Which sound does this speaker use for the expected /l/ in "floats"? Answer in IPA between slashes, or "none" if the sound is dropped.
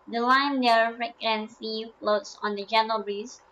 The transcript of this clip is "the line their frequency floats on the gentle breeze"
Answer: /l/